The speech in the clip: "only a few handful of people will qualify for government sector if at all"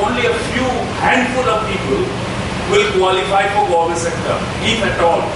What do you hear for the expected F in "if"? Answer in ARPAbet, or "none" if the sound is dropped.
P